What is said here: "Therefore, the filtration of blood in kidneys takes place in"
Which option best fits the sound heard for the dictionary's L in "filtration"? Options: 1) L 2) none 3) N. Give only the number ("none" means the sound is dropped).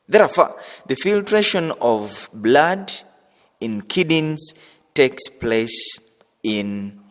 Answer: 1